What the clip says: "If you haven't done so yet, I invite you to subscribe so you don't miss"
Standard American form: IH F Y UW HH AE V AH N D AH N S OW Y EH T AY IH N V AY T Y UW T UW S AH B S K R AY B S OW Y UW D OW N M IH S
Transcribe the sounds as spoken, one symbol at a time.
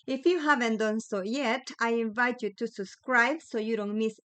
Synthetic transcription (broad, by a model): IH F Y UW HH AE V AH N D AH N S OW Y EH T AY IH N V AY T Y UW T UW S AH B S K R AY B S OW Y UW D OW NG M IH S